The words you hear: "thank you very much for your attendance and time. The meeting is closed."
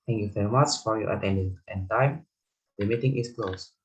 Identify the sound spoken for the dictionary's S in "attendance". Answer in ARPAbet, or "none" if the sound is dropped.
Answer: none